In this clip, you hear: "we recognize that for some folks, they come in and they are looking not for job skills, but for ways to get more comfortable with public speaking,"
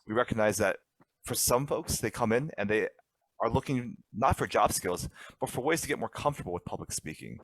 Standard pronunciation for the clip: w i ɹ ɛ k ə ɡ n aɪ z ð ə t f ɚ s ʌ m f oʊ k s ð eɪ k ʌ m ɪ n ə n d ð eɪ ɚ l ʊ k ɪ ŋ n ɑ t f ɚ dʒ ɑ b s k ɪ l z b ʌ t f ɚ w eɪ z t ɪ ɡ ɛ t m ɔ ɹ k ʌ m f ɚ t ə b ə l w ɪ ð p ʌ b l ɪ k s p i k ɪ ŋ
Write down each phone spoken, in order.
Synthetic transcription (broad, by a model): w i ɹ ɛ k ə ɡ n aɪ z ð ə t f ɚ s ʌ m f oʊ k s ð eɪ k ʌ m ɪ n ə n ð eɪ ɚ l ʊ k ɪ ŋ n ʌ t f ɚ dʒ ɑ b s k ɪ l z b ʌ t f ɚ w eɪ z t ɪ ɡ ɛ t m ɔ ɹ k ʌ m f t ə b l w ɪ ð p ʌ b l ɪ k s p i k ɪ ŋ